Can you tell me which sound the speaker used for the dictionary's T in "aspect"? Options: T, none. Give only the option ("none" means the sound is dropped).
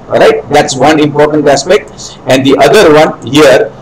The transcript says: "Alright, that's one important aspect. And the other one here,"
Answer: T